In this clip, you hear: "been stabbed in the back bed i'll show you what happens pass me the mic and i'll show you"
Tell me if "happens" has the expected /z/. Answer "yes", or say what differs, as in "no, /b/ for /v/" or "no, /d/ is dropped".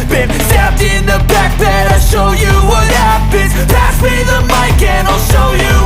no, /z/ is dropped